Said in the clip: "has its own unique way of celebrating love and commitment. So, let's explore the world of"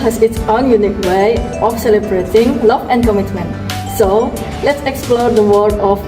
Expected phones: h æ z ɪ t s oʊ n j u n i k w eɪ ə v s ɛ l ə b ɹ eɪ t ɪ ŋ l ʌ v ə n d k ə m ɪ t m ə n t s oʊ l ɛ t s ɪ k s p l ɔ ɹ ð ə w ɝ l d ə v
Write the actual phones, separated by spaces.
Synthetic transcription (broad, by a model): h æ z ɪ t s oʊ n j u n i k w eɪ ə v s ɛ l ə b ɹ eɪ t ɪ ŋ l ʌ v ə n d k ə m ɪ t m ə n t s oʊ l ɛ t s ɪ k s p l ɔ ɹ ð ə w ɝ d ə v